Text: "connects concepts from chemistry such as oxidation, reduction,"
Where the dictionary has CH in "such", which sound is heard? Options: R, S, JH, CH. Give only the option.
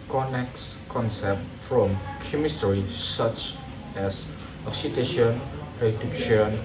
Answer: CH